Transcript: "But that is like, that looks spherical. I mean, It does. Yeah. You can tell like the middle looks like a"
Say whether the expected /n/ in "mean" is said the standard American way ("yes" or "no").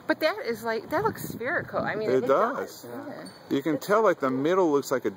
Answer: no